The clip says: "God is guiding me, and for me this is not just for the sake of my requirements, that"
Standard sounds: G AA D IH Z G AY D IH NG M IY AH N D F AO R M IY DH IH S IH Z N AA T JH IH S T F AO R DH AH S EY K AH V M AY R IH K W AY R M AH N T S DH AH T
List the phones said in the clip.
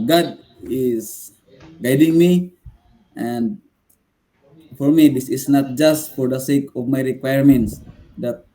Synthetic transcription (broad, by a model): G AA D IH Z G AY D IH NG M IY AH N D F AO R M IY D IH S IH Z N AA T JH IH S T F AO R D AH S EY K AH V M AY R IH K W AY R M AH N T S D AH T